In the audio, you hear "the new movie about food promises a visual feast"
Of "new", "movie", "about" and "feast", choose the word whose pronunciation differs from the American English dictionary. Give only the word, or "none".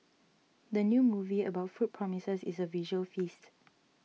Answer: none